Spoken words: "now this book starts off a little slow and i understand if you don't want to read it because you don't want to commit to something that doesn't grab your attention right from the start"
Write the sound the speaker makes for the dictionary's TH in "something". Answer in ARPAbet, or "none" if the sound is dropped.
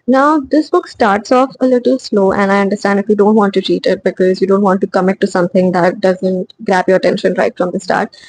T